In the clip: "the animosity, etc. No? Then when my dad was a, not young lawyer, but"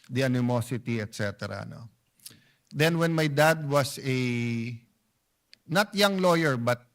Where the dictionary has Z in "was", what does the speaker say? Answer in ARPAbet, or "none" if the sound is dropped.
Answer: S